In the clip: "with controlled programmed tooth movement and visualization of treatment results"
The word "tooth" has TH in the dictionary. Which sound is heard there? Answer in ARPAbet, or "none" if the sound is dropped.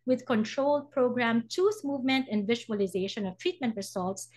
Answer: S